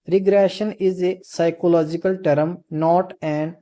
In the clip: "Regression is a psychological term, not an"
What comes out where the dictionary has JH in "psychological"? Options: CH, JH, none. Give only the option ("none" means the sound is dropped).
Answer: JH